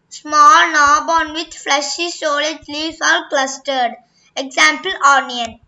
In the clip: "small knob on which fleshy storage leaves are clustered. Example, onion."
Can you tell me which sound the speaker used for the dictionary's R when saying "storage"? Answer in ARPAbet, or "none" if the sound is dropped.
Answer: L